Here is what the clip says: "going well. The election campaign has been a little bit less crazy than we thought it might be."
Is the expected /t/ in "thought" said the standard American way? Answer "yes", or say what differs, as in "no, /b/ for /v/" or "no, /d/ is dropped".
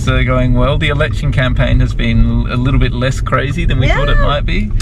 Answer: yes